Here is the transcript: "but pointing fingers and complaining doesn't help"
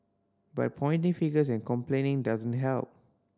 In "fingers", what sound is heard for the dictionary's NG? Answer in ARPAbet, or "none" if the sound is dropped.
none